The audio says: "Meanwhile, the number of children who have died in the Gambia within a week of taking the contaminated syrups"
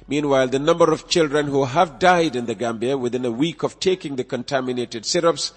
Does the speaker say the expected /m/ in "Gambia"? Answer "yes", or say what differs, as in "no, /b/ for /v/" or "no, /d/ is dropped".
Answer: yes